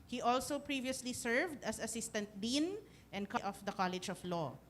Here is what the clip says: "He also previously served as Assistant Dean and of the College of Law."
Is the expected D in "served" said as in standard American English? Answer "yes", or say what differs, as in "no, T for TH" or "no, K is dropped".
yes